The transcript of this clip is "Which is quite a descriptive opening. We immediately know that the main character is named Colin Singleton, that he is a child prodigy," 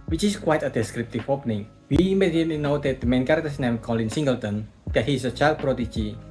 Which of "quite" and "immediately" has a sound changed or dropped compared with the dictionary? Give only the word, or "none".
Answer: immediately